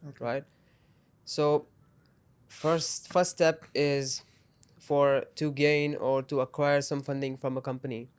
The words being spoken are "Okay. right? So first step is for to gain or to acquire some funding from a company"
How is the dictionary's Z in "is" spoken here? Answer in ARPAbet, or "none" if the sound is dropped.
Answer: Z